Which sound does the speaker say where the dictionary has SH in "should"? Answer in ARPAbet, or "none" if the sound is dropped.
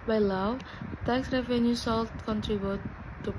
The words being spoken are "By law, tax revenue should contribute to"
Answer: S